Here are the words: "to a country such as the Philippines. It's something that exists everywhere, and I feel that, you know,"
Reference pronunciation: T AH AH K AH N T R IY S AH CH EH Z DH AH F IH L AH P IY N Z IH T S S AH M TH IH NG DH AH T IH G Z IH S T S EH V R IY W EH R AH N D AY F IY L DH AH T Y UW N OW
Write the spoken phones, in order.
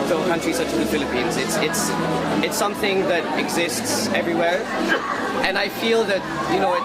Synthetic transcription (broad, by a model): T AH AH K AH N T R IY S AH CH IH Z DH AH F IH L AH P IY N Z IH T S S AH M TH IH NG DH AH T IH G Z IH S T S EH V R IY W EH R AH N AY F IY L DH AH T Y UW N OW